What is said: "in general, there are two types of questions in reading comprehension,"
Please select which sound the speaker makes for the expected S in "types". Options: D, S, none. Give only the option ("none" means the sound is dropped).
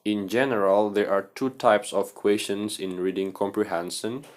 S